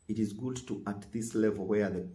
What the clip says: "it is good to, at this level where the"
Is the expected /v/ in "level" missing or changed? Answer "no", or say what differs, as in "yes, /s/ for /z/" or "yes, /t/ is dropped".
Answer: no